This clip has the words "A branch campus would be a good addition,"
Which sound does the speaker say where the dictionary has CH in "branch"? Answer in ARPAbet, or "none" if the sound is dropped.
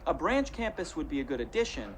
CH